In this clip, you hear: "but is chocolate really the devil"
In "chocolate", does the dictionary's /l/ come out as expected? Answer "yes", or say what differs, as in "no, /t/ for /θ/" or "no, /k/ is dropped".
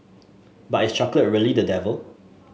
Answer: yes